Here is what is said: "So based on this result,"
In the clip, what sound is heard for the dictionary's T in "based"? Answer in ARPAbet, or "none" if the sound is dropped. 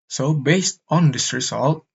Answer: T